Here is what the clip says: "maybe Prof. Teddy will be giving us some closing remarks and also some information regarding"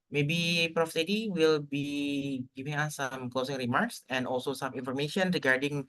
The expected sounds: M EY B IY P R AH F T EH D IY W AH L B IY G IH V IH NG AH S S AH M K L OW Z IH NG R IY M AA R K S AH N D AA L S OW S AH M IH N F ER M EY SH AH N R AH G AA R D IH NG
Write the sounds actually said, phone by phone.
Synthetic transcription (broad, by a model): M EY B IY P R AH F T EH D IY W AH L B IY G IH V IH NG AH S S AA M K L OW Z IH NG R IY M AA R K S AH N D AA L S OW S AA M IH N F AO M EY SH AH N R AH G AA R D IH NG